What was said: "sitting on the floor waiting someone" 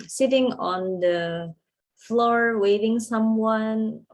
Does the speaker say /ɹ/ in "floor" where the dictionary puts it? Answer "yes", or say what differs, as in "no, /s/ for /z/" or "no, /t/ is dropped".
yes